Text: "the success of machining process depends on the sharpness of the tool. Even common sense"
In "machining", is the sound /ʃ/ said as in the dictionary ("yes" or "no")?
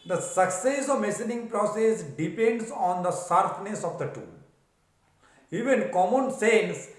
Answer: no